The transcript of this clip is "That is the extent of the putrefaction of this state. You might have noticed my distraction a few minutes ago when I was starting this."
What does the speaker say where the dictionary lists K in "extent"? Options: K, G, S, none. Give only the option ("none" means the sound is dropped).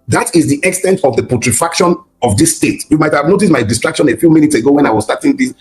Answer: K